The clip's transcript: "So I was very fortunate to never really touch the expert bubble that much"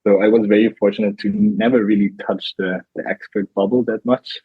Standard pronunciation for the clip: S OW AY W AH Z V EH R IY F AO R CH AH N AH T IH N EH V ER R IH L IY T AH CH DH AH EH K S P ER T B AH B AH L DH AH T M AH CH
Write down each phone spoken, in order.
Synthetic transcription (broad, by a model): S OW AY W AH Z V EH R IY F AO R CH AH N AH T IH N EH V ER R IH L IY T AH CH DH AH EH K S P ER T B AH B L DH AH T M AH CH